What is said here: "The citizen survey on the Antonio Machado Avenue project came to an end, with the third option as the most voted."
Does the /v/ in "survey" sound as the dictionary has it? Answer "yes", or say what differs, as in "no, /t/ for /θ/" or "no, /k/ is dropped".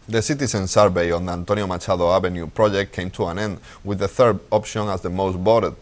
no, /b/ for /v/